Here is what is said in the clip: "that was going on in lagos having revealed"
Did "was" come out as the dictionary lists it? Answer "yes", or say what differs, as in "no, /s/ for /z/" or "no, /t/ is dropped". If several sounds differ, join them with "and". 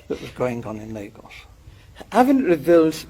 yes